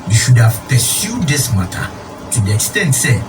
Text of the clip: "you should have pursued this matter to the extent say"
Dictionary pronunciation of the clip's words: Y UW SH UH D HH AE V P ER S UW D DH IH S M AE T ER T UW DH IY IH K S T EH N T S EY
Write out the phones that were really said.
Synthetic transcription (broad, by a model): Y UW SH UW D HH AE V P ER S UW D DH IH S M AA T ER T UW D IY IH K S T EH N T S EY